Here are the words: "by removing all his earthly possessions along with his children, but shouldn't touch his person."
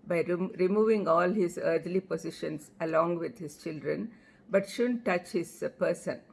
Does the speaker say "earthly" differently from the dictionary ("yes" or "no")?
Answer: yes